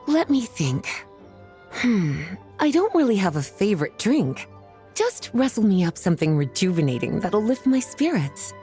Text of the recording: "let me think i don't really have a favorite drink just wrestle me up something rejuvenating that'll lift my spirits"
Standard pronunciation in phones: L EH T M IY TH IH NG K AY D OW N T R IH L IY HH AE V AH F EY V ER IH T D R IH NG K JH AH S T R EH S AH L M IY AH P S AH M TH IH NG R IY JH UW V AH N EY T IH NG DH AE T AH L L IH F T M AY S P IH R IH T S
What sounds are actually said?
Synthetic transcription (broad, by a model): L EH T M IY TH IH NG K AY D OW N T R IH L IY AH V AH F EY V ER IH T D R IH NG K JH AH S T R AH S L M IY AH P S AH M TH IH NG R IY JH UW V AH N EY T IH NG DH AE T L L IH F T M AY S P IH R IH T S